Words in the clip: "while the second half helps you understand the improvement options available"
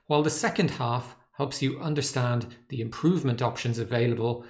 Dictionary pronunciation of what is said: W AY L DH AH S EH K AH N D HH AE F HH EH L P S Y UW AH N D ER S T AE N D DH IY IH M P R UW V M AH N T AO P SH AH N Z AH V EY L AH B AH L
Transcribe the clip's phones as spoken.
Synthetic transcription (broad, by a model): W AY L DH AH S EH K AH N D HH AE F HH EH L P S Y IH AH N D ER S T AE N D DH IY IH M P R UW V M AH N T AO P SH AH N Z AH V EY L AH B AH L